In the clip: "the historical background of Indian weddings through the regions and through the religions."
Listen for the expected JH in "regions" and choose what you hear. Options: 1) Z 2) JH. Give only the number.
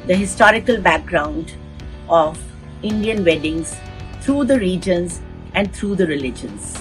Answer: 2